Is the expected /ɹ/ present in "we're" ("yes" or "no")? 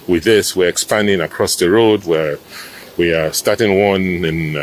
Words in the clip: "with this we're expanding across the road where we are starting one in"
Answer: yes